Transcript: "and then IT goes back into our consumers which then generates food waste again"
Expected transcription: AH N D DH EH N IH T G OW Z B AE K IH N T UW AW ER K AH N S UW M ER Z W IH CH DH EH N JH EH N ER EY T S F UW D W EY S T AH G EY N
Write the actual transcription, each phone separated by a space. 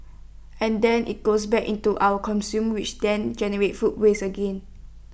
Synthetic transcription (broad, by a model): AH N D EH N IH T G OW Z B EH K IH N T UW AW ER K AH N S UW M W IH CH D EH N JH EH N ER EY T F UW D W EY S AH G EY N